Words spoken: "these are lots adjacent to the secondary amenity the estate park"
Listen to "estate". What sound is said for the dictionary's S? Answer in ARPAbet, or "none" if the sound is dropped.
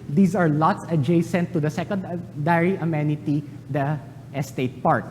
S